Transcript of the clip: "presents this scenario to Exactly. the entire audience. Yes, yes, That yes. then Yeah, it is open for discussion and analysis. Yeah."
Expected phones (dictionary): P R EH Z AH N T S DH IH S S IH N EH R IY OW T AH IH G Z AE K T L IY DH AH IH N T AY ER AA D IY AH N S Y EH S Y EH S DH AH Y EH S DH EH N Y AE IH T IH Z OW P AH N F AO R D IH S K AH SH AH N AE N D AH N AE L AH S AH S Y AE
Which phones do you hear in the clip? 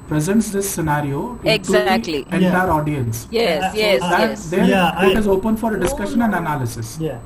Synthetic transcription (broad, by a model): P R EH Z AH N T S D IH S S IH N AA R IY OW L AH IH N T IY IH T AA D IY AH N S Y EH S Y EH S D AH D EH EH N IH T IH Z OW P AH N F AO R D IH S K AH SH AH N AE N D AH N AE L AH S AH S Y